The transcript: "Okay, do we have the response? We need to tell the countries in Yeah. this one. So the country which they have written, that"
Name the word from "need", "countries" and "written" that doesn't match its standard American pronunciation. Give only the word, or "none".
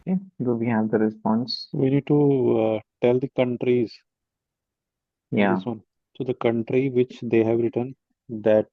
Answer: none